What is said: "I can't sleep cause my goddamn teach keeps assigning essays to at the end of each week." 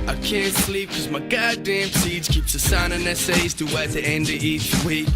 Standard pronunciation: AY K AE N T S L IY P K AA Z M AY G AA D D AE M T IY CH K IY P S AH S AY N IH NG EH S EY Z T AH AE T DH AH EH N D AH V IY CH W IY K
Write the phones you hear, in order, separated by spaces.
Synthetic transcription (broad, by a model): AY K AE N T S L IY P K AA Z M AY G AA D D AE M S IY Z K IY P S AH S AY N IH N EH S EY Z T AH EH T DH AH EH N D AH IY CH W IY K